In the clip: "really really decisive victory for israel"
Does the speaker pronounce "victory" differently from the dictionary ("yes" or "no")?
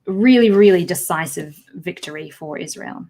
no